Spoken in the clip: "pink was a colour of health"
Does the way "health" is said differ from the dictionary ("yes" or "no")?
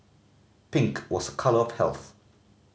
no